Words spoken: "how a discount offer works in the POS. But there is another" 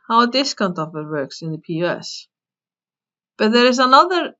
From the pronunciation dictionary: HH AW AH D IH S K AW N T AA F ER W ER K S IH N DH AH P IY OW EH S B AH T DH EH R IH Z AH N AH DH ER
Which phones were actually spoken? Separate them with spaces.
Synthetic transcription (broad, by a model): HH AW AH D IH S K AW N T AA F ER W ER K S IH N DH AH P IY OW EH S B AH T DH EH R IH Z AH N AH DH ER